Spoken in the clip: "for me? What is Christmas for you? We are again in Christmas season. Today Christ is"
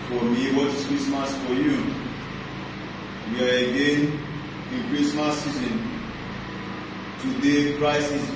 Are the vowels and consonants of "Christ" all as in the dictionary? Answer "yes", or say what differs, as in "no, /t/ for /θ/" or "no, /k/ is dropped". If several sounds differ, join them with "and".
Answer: no, /t/ is dropped